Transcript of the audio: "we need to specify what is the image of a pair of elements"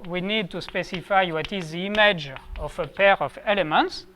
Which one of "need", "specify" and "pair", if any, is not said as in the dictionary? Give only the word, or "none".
none